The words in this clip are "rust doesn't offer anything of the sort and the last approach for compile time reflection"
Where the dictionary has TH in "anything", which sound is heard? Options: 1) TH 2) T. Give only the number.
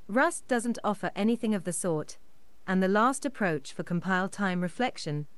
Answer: 1